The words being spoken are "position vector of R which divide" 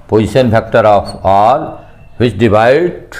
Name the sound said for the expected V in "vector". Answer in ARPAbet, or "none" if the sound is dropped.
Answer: B